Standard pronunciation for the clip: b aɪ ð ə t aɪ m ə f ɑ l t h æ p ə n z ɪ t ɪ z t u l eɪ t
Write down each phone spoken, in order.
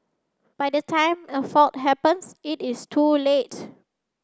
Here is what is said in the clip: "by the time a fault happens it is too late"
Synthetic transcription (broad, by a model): b aɪ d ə t aɪ m ə f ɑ t h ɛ p ə n s ɪ t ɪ s t u l eɪ t